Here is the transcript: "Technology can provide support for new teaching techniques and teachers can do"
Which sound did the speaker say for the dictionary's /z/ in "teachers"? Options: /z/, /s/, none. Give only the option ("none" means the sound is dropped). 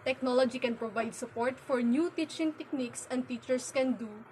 /s/